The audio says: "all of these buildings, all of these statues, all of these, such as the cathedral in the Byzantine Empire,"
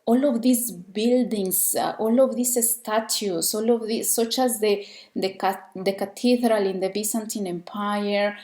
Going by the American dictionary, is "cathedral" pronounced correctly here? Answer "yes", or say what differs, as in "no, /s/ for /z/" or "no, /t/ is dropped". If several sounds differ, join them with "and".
no, /t/ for /θ/